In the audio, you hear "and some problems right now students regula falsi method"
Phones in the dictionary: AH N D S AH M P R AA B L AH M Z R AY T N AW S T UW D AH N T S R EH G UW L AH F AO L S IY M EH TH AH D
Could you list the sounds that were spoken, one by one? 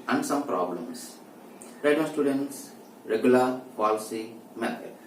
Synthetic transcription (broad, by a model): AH N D S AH M P R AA B L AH M S R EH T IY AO S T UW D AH N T S R EH G UW L AH P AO L S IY M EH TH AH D